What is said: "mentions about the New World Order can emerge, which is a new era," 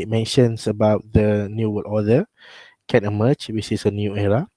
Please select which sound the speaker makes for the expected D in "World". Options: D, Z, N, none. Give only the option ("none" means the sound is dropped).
none